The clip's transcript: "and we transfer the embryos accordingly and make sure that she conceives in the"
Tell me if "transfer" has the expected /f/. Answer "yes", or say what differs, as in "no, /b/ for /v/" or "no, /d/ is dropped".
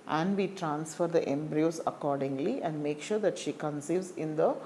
yes